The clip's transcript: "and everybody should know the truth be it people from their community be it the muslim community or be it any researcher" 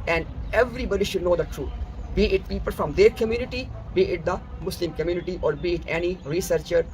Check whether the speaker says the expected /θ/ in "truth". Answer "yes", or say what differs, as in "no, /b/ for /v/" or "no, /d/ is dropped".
no, /t/ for /θ/